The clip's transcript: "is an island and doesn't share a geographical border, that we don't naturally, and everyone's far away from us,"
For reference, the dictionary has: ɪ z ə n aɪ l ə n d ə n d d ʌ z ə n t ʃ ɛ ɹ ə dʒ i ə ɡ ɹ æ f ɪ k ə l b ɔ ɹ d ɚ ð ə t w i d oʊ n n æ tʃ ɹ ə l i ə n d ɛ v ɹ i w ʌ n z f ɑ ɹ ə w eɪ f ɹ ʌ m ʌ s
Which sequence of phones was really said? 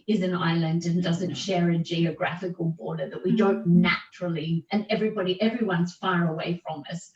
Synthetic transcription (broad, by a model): ɪ z ə n aɪ l ə n d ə n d d ʌ z ə n t ʃ ɛ ɹ ə dʒ i ə ɡ ɹ æ f ɪ k ə l b ɔ ɹ d ɚ ð ə t w i d oʊ n n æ tʃ ɹ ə n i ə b d ɛ v ɹ i w ʌ n z f ɑ ɹ ə w eɪ f ɹ ʌ m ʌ s